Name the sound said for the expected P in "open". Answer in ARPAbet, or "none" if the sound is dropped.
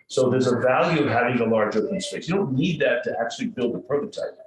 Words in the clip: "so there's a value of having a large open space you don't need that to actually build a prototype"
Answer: F